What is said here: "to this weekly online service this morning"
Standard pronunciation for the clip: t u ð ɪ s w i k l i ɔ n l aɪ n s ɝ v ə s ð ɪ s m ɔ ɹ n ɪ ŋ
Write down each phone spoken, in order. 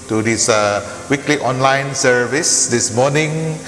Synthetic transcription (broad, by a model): t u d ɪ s w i k l i ɔ n l aɪ n s ɝ v ə s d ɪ s m ɔ n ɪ ŋ